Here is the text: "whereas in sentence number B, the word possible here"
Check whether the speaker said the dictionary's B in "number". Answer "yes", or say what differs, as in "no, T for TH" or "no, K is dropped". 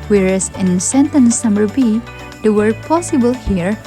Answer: no, B is dropped